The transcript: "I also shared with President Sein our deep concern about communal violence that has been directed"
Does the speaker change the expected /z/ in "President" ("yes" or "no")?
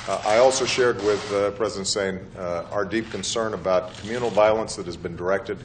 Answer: no